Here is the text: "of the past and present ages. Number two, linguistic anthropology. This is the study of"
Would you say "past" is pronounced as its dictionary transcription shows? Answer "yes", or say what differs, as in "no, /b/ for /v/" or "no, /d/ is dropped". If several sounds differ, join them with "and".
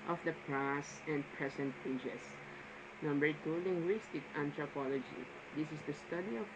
no, /t/ is dropped